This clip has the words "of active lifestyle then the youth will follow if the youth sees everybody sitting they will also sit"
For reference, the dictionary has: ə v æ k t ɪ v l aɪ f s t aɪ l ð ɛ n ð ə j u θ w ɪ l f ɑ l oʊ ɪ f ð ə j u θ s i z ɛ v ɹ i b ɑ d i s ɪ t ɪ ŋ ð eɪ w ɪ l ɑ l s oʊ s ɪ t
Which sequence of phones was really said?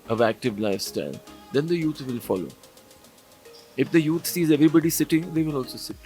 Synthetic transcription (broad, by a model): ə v æ k t ɪ v l aɪ f s t aɪ l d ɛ n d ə j u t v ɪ l f ɑ l oʊ ɪ f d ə j u t s i z ɛ v ɹ i b ɑ d i s ɪ t ɪ ŋ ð eɪ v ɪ l ɑ l s oʊ s ɪ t